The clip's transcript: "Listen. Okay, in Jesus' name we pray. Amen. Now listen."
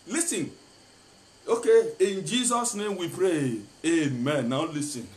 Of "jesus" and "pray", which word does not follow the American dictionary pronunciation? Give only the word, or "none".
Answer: none